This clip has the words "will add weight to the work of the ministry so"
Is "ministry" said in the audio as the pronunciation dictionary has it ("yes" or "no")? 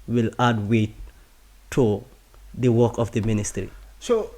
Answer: yes